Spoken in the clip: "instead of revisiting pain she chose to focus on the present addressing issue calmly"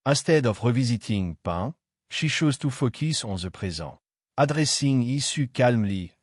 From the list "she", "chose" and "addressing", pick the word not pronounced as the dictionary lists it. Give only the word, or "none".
chose